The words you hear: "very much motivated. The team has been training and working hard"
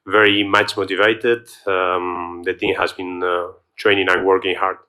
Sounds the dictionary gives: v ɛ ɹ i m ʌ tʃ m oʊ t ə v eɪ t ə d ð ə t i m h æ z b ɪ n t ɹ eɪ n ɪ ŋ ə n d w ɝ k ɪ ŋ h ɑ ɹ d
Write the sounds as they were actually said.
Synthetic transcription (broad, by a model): v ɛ ɹ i m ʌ tʃ m oʊ t ə v eɪ t ə d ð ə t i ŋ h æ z b ɪ n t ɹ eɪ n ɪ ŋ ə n w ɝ k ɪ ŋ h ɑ ɹ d